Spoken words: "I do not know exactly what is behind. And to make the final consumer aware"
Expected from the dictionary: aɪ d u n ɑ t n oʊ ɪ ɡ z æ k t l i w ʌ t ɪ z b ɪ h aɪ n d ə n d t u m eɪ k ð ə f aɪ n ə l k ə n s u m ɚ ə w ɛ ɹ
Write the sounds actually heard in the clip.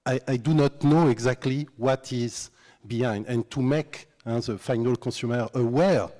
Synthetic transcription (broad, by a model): aɪ d u n ɑ t n oʊ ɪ ɡ z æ k t l i w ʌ t ɪ z b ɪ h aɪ n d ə n t u m eɪ k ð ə f aɪ n ə l k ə s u m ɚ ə w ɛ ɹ